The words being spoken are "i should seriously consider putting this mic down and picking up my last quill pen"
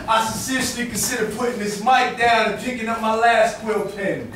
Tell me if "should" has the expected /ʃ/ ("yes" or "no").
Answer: no